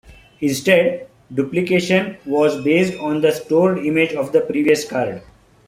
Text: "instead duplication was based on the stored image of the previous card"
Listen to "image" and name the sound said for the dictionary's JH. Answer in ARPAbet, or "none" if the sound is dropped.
JH